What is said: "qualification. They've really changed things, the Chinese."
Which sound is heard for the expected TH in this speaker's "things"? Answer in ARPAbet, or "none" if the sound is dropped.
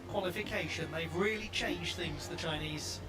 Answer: TH